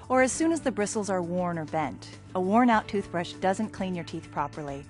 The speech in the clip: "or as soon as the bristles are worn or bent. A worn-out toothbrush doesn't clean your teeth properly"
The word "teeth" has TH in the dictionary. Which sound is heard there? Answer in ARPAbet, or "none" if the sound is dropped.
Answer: TH